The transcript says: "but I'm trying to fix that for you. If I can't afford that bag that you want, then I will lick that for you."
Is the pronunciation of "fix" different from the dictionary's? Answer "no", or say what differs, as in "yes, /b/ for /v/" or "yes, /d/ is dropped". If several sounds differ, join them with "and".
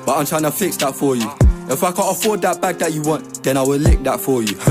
no